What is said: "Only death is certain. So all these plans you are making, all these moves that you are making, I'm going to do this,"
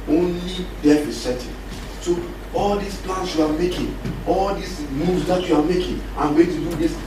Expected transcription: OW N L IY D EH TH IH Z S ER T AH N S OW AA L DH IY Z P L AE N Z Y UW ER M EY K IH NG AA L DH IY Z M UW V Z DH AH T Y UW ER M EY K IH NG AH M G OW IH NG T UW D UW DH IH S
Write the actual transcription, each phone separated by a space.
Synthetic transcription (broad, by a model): OW N L IY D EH F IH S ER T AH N S OW AA L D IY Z P L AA N S Y UW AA M EY K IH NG AA L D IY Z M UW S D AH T Y UW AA M EY K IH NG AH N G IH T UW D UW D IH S